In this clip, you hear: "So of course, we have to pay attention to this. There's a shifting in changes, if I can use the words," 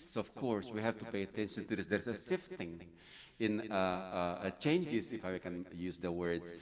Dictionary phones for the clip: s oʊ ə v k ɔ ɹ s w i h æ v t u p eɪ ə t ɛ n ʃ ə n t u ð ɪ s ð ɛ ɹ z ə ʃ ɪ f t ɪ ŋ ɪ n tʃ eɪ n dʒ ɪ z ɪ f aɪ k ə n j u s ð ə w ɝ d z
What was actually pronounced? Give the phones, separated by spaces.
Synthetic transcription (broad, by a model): s oʊ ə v k ɔ ɹ s w i h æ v t u p eɪ ə t ɛ n ʃ ə n t u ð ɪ s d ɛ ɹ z ə s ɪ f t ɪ ŋ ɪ n tʃ eɪ n dʒ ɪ s ɪ f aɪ k ə n j u s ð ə w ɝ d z